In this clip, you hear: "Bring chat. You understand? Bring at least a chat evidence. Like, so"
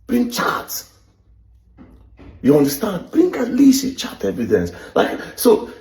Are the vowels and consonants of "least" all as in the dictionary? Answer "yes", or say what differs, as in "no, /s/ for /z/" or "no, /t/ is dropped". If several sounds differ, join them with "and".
no, /t/ is dropped